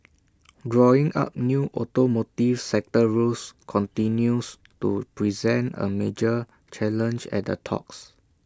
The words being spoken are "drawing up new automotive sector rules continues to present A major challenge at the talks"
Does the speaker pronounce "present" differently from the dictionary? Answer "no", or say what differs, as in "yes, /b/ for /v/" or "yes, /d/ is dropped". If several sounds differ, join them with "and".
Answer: no